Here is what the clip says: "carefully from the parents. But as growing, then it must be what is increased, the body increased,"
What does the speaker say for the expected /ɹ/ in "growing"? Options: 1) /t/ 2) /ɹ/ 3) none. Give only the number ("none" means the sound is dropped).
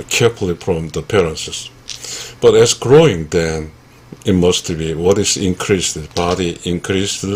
2